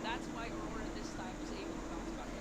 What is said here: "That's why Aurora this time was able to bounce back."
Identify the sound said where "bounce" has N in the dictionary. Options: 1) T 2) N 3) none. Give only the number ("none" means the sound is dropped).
3